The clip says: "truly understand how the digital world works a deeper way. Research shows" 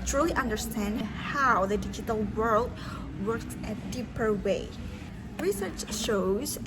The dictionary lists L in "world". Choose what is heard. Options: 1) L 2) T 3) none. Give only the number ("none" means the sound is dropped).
1